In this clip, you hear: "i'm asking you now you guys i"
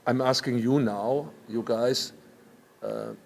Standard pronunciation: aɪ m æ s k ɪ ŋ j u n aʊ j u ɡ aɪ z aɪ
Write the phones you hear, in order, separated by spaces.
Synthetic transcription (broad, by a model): aɪ m æ s k ɪ ŋ j u n aʊ j u ɡ aɪ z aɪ